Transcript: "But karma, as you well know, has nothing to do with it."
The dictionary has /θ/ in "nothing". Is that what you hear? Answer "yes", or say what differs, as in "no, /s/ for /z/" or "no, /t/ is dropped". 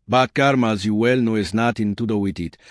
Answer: no, /t/ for /θ/